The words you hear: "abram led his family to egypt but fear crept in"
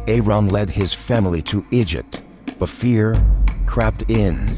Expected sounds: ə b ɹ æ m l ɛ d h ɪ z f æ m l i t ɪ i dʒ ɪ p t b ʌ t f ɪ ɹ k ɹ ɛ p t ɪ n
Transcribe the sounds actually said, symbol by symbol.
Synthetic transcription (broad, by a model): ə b ɹ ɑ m l ɛ d ɪ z f æ m l i t ɪ i dʒ ɪ p t b ʌ t f ɪ ɹ k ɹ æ p t ɪ n